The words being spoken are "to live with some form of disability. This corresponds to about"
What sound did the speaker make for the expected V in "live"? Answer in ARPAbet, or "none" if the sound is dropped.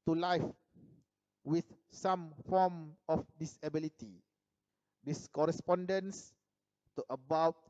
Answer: F